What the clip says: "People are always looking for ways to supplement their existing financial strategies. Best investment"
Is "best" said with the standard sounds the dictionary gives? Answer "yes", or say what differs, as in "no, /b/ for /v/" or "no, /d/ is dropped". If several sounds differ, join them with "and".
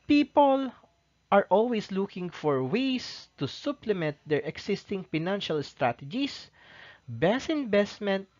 no, /t/ is dropped